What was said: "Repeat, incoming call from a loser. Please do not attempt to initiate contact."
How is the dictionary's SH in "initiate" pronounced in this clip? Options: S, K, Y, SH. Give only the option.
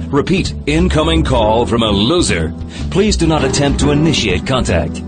SH